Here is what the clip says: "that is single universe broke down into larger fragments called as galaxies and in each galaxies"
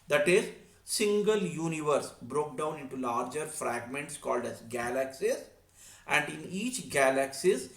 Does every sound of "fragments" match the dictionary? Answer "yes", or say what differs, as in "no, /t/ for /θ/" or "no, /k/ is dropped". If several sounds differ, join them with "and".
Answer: yes